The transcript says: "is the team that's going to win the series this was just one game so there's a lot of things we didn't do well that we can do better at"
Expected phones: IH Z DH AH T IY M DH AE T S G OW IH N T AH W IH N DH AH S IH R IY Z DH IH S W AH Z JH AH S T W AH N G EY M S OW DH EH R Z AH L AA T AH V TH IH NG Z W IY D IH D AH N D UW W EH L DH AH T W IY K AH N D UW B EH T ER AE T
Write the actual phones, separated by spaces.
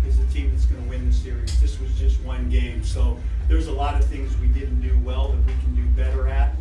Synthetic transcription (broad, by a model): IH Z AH T IY M DH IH T S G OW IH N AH W IH N DH AH S IH R IY Z DH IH S W AH Z JH AH S T W AH N G EY M S OW DH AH R Z AH L AA T AH V TH IH NG Z W IY D IH D N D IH W EH L DH AH T W IY K N D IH B EH T ER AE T